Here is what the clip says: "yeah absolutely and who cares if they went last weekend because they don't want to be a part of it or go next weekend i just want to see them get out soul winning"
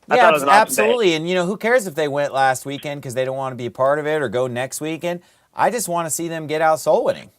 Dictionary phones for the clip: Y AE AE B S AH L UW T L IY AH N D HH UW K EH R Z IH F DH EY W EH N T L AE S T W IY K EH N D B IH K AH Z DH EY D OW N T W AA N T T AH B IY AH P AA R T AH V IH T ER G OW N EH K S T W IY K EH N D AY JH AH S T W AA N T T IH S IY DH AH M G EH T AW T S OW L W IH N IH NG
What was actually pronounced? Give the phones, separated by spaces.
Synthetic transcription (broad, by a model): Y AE AE B S AH L UW T L IY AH N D HH UW K EH R Z IH F DH EY W EH N T L AE S T W IY K EH N D K AH Z DH EY D OW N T W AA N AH B IY AH P AA R T AH V IH T ER G OW N EH K S T W IY K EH N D AY JH AH S T W AA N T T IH S IY DH AH M G EH T AW T S OW L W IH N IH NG